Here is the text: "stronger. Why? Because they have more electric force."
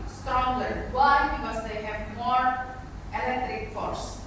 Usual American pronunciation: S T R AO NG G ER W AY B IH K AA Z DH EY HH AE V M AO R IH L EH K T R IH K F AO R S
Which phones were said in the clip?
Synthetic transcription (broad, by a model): S T R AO NG G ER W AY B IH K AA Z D EY HH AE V M AO R IH L EH K T R IH K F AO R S